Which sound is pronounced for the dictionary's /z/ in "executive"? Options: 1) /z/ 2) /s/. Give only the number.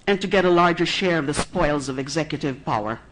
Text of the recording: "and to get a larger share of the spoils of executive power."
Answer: 1